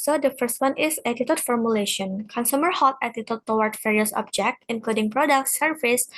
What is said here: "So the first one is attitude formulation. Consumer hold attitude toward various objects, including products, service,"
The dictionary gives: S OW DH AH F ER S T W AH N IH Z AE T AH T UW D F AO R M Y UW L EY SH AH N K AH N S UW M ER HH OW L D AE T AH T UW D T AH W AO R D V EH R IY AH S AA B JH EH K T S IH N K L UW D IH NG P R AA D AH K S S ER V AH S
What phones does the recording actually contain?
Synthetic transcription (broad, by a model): S OW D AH F ER S T W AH N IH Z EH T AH T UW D F AO R M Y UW L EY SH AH N K AH N S UW M ER HH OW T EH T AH T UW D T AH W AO R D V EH R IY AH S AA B JH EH K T IH N K L UW D IH NG P R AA D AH K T S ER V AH S